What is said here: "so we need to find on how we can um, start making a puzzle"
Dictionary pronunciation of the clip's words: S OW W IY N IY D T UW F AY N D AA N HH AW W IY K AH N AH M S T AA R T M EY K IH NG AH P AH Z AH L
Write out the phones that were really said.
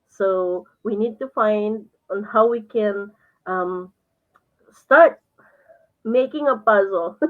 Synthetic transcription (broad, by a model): S OW W IY N IY D T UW F AY N D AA N HH AW W IY K AH N AH M S T AA R T M EY K IH NG AH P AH Z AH L